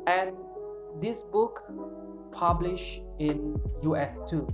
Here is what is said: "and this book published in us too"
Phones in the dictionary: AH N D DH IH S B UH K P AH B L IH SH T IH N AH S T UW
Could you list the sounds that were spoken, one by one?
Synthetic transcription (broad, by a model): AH N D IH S B UH K P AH B L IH SH IH N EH S T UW